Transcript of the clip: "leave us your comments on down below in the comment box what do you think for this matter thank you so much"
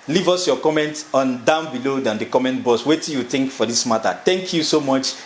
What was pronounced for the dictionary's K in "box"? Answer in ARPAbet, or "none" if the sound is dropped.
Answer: none